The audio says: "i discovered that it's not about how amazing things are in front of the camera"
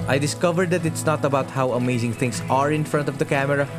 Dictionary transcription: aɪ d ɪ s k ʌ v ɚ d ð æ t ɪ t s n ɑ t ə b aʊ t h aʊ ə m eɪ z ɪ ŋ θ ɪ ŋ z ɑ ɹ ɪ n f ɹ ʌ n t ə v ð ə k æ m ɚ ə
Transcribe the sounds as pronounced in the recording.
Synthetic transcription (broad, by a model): aɪ d ɪ s k ʌ v ɚ d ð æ t ɪ t s n ɑ t ə b aʊ t h aʊ ə m eɪ z ɪ ŋ t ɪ ŋ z ɑ ɹ ɪ n f ɹ ʌ n t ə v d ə k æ m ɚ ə